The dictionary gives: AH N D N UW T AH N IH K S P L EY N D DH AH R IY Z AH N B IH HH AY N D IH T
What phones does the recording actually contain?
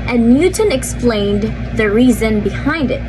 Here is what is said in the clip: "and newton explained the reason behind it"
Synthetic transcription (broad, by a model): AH N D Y UW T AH N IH K S P L EY N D DH AH R IY Z AH N B IH HH AY N D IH T